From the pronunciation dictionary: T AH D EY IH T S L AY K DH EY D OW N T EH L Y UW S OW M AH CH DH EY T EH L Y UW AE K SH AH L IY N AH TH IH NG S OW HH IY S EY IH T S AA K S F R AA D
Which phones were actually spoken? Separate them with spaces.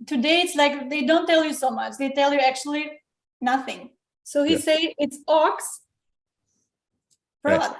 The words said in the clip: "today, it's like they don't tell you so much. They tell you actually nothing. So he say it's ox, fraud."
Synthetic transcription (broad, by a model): T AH D EY IH T S L AY K DH EY D OW N T EH L Y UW S OW M AH CH DH EY T EH L Y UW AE K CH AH L IY N AH TH IH NG S OW HH IY S EY IH T S AA K S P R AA